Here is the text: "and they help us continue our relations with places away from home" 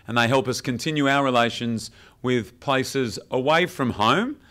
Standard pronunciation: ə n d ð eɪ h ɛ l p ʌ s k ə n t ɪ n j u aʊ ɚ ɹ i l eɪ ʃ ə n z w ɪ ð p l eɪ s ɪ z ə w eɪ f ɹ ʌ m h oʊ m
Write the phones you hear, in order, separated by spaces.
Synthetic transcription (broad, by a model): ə n ð eɪ h ɛ l p ʌ s k ə n t ɪ n j u aʊ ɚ ɹ i l eɪ ʃ ə n z w ɪ ð p l eɪ s ɪ z ə w eɪ f ɹ ʌ m h oʊ m